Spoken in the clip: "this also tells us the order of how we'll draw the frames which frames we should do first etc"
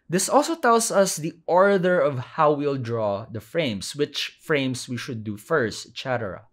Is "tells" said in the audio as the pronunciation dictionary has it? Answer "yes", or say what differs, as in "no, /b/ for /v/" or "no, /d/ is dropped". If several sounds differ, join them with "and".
no, /s/ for /z/